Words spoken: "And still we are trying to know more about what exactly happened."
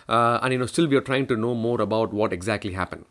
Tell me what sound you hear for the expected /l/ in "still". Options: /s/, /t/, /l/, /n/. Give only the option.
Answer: /l/